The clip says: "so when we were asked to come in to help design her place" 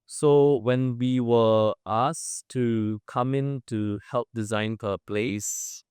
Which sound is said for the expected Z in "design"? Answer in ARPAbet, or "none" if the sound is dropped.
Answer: Z